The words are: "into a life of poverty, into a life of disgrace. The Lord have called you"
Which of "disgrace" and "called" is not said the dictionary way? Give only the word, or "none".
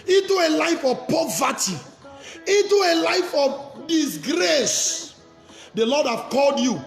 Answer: none